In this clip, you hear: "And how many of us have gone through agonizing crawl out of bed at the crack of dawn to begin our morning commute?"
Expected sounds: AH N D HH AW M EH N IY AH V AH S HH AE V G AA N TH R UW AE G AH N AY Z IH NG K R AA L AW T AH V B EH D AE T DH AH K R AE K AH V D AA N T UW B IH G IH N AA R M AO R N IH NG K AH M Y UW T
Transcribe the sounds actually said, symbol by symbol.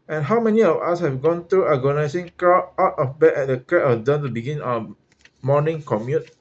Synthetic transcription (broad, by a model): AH N HH AW M EH N IY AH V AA S HH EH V G AA N T R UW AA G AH N AY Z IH NG K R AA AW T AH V B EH EH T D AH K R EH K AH D AA N T UW B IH G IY N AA M AO N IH NG K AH M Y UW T